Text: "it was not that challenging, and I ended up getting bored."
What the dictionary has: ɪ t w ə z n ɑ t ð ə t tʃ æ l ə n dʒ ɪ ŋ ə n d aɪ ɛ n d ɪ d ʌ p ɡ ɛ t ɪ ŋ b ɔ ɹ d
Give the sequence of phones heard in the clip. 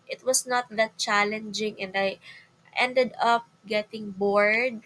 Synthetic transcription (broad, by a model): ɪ t w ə s n ɑ t ð ə t tʃ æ l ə n dʒ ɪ ŋ ə n d aɪ ɛ n d ɪ d ʌ p ɡ ɛ t ɪ ŋ b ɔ ɹ d